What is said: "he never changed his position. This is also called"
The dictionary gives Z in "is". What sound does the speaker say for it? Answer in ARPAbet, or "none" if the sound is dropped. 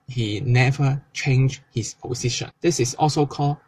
S